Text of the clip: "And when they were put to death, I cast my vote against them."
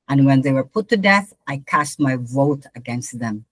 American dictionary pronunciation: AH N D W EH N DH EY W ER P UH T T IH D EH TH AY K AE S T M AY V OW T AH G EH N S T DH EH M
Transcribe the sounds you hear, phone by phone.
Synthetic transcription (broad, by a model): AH N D W EH N DH EY W ER P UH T T IH D EH TH AY K AE S T M AY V OW T AH G EH N S T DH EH M